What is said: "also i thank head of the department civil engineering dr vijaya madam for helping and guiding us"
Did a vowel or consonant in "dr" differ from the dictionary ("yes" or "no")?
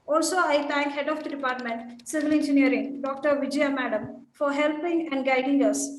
no